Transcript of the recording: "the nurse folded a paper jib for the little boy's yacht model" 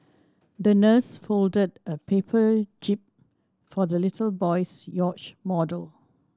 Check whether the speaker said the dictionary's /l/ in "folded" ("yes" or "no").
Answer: yes